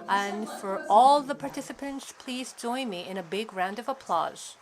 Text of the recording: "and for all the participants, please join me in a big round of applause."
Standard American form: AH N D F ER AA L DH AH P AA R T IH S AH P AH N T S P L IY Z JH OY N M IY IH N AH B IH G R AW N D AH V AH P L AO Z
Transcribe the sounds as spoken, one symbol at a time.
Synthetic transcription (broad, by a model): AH N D F ER AA L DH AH P AA R T IH S AH P AH N T S P L IY Z JH OY N M IY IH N AH B IH G R AW N D AH V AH P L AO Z